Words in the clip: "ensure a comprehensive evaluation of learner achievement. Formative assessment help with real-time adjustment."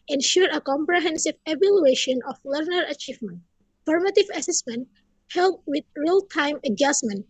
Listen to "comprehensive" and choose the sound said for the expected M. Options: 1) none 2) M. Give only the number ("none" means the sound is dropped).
2